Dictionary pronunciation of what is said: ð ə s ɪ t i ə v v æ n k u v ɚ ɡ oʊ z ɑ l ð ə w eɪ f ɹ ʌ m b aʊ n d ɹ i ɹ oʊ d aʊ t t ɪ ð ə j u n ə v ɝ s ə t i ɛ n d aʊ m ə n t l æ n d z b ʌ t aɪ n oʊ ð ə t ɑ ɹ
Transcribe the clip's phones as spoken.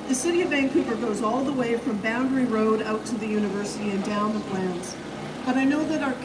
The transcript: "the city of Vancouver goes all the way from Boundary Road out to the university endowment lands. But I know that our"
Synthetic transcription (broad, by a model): ð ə s ɪ t i ə v b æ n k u p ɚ ɡ oʊ z ɑ l ð ə w eɪ f ɹ ʌ m b aʊ n d ɹ i ɹ oʊ d aʊ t t ɪ ð ə j u n ə v ɝ s ə t i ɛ n d aʊ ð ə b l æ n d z b ʌ t aɪ n oʊ ð ə t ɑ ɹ